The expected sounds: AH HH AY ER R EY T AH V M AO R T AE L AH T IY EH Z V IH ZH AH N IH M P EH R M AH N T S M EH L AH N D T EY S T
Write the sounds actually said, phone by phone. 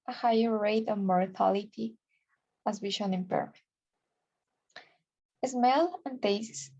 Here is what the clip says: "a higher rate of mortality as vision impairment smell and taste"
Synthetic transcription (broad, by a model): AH HH AY ER R EY T AH V M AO R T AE L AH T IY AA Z W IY SH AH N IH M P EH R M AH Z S M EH L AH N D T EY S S